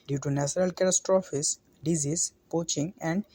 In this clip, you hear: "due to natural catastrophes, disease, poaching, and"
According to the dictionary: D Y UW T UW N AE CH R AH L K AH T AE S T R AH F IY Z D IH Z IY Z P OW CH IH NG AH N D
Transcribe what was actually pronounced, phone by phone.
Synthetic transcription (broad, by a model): D Y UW T UW N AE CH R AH L K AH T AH S T R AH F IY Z D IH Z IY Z P OW CH IH NG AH N D